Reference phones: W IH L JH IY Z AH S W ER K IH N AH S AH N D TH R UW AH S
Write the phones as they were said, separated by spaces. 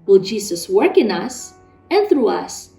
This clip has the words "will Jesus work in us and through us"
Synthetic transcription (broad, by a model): W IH L JH IY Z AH S W ER K IH N AH S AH N TH R UW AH S